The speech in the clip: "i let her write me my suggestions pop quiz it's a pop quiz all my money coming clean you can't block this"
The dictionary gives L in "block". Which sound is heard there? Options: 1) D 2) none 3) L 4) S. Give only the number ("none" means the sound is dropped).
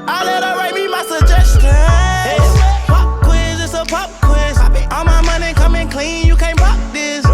2